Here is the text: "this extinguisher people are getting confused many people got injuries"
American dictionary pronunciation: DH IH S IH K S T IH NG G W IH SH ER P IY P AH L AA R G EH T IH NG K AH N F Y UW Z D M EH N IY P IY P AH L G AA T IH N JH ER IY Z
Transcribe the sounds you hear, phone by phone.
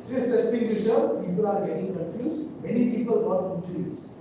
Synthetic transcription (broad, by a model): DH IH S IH S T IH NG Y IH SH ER P IY P AH L AA R G EH T IH NG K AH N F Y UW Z M EH N IY P IY P AH L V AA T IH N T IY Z